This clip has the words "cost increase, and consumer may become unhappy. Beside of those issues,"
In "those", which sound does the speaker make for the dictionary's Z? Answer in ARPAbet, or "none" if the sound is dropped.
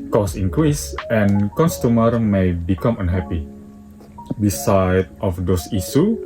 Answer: S